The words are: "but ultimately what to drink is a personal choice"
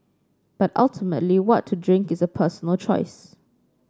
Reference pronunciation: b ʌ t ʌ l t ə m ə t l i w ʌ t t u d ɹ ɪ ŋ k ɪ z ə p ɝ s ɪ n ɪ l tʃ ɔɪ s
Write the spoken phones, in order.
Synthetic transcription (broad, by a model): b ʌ t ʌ l t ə m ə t l i w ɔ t t u d ɹ ɪ ŋ k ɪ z ə p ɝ s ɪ n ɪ l tʃ ɔɪ s